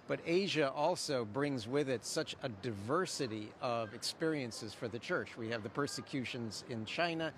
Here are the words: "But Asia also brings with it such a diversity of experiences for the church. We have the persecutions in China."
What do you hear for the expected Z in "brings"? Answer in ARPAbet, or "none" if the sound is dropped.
Z